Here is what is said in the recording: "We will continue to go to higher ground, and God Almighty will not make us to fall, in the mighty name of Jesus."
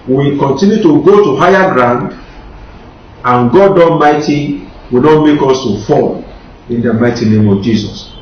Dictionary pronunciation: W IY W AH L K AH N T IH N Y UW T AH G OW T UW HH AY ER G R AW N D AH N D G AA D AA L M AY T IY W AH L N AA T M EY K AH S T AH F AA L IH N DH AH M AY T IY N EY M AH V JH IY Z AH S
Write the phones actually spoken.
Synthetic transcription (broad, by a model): W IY K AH N T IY N Y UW T AH G OW T UW HH AY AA G R AW N D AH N G AA D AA N M AY T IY W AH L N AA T M EY K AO S T AH F AA L IH N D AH M AY T IY N EY M AH V JH IY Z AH S